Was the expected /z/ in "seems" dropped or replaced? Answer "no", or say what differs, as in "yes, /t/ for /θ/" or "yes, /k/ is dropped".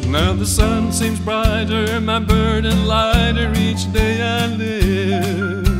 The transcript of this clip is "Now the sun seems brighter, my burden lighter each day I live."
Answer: no